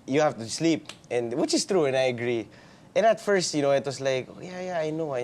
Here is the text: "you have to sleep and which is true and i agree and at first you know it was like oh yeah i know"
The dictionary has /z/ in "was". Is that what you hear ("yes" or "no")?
no